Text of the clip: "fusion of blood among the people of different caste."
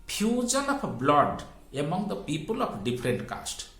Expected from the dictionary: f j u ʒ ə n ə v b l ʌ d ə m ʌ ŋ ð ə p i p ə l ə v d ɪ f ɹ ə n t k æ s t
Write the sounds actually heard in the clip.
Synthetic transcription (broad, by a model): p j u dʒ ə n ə p b l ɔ d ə m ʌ ŋ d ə p i p ə l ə p d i p ɹ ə n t k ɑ s t